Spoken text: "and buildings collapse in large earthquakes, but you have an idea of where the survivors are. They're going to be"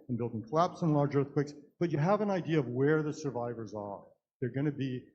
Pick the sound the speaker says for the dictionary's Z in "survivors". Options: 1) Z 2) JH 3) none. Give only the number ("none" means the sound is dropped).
1